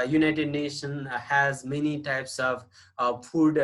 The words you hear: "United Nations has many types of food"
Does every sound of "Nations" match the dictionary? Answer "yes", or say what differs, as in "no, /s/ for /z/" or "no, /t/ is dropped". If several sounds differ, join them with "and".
no, /z/ is dropped